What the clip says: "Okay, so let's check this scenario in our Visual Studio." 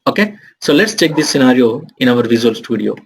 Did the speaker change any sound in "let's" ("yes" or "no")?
no